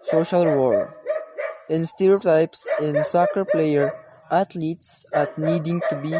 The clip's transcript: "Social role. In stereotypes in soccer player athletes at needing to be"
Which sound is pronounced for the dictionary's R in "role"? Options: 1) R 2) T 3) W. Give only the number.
3